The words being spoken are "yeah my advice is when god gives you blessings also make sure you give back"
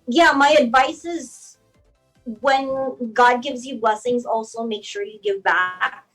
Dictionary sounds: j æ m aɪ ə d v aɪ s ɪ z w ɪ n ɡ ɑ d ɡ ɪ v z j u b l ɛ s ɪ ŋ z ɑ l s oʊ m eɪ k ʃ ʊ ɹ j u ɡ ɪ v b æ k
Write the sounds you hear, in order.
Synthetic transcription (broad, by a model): j æ m aɪ ə d v aɪ s ɪ z w ɪ n ɡ ɑ d ɡ ɪ v z j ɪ b l ɛ s ɪ ŋ z ɑ l s oʊ m eɪ k ʃ ʊ ɹ j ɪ ɡ ɪ v b æ k